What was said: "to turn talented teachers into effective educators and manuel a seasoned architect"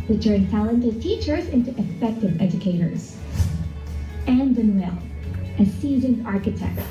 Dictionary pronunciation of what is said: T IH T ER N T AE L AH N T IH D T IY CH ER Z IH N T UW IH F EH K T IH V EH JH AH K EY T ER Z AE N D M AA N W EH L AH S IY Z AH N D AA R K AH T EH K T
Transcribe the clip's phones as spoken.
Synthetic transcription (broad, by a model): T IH T ER N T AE L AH N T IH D T IY CH ER Z IH N T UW IH F EH K T IH V EH JH AH K EY T ER Z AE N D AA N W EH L AH S IY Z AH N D AA R K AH T EH K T